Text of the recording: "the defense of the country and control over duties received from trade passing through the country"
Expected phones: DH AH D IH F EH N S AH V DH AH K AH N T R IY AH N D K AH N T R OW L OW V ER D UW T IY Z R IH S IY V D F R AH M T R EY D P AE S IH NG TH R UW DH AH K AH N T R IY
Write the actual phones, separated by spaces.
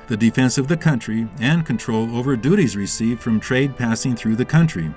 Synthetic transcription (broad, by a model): DH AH D IH F EH N S AH V DH AH K AH N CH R IY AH N K AH N T R OW L OW V ER D UW T IY Z R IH S IY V F R AH M T R EY D P AE S IH NG TH R UW DH AH K AH N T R IY